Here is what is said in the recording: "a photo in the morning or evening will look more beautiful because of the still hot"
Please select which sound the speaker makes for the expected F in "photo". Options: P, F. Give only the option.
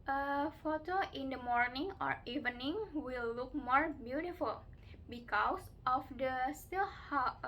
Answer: F